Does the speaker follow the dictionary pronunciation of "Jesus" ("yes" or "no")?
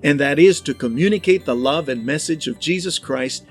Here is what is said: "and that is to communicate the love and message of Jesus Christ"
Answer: yes